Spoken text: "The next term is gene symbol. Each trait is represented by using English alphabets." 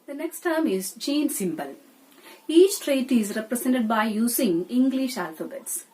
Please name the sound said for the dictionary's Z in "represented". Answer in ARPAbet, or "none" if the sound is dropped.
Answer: S